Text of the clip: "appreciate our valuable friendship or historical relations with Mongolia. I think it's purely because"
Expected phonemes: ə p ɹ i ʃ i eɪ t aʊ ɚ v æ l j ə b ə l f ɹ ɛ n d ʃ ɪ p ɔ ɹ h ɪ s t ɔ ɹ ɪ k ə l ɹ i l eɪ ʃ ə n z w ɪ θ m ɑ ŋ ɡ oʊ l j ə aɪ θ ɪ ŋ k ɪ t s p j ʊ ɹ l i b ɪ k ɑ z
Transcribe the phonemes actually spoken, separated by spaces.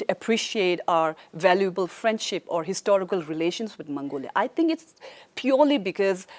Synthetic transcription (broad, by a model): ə p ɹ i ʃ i eɪ t aʊ ɚ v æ l j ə b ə l f ɹ ɛ n d ʃ ɪ p ɔ ɹ h ɪ s t ɔ ɹ ɪ k ə l ɹ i l eɪ ʃ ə n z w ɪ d m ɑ ŋ ɡ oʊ l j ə aɪ t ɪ ŋ k ɪ t s p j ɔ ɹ l i b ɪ k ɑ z